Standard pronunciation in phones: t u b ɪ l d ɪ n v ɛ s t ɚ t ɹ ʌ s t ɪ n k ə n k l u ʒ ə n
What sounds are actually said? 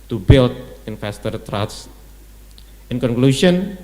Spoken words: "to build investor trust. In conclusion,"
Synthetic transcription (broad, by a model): t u b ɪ l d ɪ n f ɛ s t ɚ t ɹ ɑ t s ɪ n k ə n k l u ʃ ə n